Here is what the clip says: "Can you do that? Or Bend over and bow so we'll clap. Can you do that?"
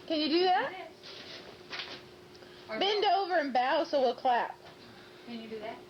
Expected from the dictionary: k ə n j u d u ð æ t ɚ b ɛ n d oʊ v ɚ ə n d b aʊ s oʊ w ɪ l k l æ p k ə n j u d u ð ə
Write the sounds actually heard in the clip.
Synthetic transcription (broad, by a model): k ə n j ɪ d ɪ ð æ t b ɛ n d oʊ v ɚ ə n b aʊ s oʊ w ɪ l k l æ p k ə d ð